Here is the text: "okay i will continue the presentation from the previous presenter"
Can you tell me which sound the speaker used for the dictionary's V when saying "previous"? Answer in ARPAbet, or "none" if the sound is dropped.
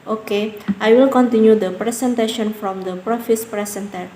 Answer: F